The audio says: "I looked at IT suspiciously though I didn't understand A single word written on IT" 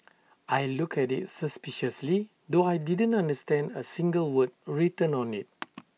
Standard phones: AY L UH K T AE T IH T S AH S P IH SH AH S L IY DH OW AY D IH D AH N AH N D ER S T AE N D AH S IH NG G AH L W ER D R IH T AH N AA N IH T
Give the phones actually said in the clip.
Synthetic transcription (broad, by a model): AY L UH K EH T IH T S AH S P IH SH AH S L IY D OW AY D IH D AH N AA N D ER S T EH N D AH S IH NG G AH L W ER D R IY T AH N AA N IH T